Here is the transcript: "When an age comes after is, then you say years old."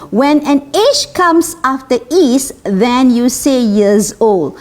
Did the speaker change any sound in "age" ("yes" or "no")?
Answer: yes